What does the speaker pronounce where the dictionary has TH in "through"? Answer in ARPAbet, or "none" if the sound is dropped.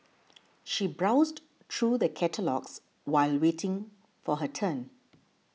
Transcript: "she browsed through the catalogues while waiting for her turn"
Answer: T